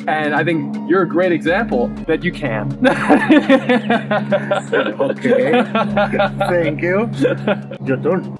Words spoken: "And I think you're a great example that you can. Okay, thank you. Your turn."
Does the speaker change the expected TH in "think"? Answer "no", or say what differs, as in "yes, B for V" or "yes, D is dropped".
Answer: no